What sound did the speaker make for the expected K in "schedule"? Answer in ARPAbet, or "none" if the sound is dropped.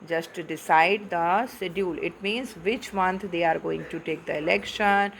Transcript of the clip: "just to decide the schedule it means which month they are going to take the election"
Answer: none